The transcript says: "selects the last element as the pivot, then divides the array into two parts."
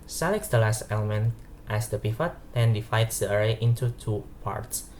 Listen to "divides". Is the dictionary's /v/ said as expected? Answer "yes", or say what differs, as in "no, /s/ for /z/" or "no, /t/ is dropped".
no, /f/ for /v/